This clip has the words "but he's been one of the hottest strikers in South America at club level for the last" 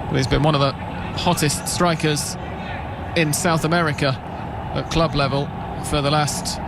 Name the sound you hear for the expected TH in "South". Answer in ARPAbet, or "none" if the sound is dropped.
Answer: TH